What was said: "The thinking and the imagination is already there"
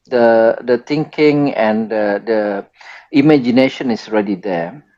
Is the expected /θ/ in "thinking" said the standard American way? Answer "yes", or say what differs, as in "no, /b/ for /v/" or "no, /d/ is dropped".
no, /t/ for /θ/